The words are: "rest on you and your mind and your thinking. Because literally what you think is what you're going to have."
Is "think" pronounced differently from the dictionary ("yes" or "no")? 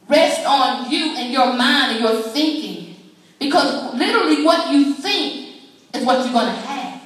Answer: no